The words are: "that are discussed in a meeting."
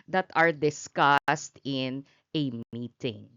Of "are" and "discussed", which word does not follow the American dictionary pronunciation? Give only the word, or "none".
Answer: none